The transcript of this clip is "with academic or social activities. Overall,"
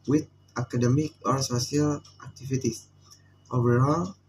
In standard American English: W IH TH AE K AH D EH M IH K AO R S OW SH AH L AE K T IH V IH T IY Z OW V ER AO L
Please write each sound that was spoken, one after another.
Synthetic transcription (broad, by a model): W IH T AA K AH D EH M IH K AO R S OW S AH L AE K T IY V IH T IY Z OW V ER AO L